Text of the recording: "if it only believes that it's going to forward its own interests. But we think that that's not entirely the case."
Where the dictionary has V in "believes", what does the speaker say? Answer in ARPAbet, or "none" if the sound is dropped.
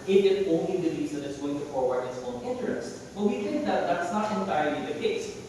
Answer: none